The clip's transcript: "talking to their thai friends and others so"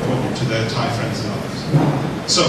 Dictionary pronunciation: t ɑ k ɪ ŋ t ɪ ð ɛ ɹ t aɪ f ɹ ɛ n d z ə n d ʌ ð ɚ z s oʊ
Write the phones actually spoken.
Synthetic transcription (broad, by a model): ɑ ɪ t ɪ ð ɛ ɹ t aɪ f ɹ ɛ n d z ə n ʌ ð ɚ z s oʊ